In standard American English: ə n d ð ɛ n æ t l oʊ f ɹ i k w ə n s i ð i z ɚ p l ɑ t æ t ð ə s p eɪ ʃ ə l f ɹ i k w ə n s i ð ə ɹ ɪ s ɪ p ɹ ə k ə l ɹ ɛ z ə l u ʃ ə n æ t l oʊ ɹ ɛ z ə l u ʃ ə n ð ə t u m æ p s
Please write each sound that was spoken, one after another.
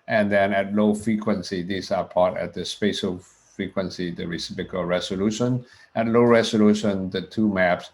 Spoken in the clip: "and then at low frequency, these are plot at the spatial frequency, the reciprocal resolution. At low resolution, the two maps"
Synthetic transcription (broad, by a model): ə n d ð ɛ n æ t l oʊ f ɹ i k w ə n s i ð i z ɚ p ɑ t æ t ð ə s p eɪ ʃ ə l f ɹ i k w ə n s i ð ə ɹ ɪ s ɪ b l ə k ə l ɹ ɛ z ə l u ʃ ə n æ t l oʊ ɹ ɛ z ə l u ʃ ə n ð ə t u m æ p s